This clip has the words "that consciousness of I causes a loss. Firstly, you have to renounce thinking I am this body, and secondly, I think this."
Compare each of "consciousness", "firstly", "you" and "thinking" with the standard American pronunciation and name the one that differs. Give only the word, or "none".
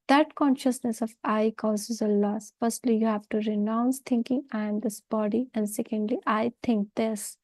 thinking